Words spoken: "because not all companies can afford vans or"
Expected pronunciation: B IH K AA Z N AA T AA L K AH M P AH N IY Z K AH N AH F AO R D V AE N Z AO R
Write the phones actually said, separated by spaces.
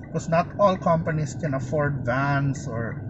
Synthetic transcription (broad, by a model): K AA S N AA T AA L K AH M P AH N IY S K AH N AH F AO R D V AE N S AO R